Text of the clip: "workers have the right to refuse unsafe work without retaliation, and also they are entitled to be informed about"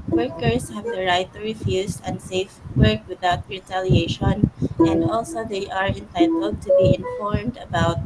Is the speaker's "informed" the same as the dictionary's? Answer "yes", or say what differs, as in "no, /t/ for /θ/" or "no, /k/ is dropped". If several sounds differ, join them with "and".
yes